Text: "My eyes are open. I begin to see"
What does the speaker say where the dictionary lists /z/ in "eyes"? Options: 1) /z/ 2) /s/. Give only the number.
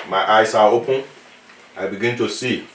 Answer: 2